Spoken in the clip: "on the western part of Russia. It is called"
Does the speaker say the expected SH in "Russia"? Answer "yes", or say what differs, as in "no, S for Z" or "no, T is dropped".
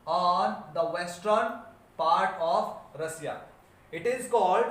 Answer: no, S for SH